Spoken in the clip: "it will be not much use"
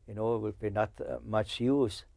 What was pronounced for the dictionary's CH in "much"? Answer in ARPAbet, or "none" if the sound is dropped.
CH